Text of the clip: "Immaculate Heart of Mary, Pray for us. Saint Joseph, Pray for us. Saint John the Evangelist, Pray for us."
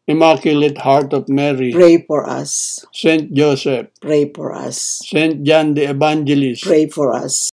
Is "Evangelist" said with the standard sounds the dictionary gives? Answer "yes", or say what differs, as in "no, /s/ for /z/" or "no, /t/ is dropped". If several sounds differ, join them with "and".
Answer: no, /b/ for /v/